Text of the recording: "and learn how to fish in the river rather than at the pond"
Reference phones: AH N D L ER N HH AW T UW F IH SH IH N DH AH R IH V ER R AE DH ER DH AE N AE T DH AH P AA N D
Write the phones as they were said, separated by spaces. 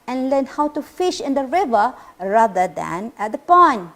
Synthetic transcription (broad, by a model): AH N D L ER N HH AW T UW F IH SH IH N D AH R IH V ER R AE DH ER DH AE N AE T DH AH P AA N